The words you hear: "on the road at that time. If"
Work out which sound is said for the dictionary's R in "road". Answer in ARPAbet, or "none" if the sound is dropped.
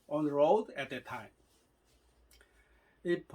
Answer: R